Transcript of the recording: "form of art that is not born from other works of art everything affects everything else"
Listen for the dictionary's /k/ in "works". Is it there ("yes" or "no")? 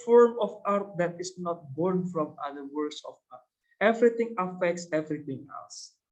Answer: no